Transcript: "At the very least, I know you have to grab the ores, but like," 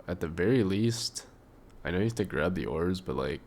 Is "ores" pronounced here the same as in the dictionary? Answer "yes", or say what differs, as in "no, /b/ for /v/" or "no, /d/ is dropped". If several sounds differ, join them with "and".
yes